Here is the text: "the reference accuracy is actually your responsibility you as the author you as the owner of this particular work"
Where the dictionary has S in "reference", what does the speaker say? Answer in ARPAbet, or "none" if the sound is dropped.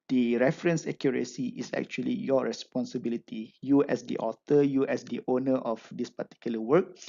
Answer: S